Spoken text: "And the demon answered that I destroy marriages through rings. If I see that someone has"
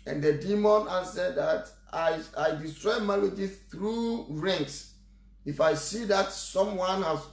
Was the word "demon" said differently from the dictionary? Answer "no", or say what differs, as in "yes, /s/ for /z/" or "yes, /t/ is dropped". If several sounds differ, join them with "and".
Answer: no